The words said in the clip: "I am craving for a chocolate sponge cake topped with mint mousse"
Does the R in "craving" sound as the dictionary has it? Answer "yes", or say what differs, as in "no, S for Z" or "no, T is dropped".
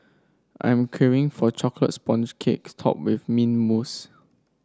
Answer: no, R is dropped